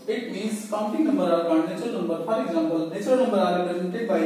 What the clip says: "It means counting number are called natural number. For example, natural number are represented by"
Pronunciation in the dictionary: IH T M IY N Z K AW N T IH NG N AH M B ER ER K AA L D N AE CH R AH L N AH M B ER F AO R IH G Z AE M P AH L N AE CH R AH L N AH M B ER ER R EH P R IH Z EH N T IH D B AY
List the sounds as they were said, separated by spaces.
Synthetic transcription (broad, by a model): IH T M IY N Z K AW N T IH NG N AH M B ER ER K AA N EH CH AH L N AH M B ER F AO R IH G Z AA M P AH L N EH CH AH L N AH M B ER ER R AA R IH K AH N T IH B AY